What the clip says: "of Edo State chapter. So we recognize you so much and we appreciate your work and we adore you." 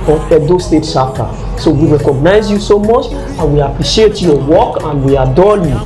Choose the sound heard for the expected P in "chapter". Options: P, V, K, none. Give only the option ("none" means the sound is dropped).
none